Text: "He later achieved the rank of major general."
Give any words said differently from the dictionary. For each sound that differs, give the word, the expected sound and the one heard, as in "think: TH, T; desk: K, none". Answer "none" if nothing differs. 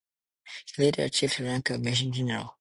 major: JH, SH